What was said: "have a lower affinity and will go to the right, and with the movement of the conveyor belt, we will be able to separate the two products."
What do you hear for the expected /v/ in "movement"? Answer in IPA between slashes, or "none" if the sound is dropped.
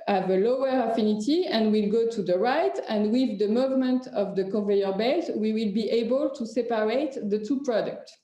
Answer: /v/